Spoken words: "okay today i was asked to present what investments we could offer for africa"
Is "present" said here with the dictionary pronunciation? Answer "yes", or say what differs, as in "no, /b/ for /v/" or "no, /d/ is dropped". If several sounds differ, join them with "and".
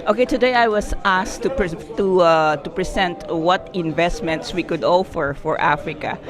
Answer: no, /s/ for /z/